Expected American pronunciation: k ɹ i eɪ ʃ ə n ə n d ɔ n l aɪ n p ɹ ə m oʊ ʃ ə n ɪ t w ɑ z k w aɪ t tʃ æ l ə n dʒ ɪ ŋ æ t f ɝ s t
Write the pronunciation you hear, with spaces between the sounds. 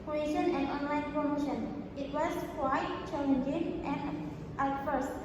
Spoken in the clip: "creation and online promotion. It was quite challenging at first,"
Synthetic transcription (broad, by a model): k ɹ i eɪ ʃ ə n ə n d ɔ n l aɪ n p ɹ ə m oʊ ʃ ə n ɪ t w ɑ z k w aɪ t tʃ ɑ n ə n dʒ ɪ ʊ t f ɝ s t